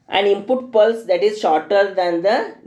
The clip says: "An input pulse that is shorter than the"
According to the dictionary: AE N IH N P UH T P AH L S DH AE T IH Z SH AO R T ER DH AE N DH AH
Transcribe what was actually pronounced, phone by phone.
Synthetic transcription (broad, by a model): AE N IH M P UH T P AH L S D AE T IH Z SH AO R T ER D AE N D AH